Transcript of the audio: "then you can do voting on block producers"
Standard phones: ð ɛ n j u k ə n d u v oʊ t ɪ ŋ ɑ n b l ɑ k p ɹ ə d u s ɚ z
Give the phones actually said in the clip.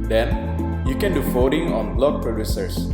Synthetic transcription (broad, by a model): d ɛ n j u k ə n d u f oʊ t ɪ ŋ ɑ n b l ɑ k p ɹ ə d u s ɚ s